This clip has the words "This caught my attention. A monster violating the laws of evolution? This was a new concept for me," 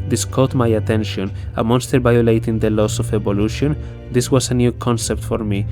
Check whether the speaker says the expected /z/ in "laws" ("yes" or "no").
no